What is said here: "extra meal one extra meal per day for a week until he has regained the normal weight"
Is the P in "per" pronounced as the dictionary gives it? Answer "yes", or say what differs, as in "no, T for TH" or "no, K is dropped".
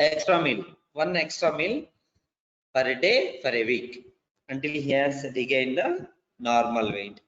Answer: no, F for P